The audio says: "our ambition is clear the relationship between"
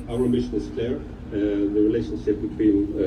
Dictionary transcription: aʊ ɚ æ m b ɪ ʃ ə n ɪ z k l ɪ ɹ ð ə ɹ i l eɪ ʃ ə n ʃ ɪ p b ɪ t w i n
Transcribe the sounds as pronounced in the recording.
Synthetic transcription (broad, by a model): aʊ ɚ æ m ɪ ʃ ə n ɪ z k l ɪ ɹ ð ə ɹ i l eɪ ʃ ə n ʃ ɪ p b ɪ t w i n